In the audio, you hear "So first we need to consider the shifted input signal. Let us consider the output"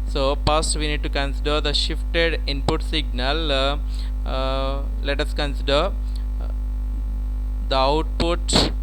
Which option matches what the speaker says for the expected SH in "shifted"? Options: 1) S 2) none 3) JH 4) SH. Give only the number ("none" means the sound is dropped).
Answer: 4